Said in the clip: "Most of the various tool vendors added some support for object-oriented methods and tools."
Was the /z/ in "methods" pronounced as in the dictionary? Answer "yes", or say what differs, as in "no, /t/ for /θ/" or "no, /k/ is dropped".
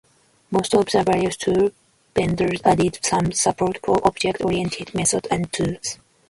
no, /z/ is dropped